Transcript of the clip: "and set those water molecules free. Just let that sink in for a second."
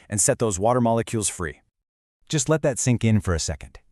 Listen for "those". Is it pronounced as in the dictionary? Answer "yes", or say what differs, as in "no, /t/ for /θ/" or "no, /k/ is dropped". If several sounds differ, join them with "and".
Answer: yes